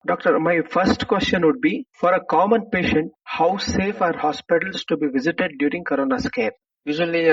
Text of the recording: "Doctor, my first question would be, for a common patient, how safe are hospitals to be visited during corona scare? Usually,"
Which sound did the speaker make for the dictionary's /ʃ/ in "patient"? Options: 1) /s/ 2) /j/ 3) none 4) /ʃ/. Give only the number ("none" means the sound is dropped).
4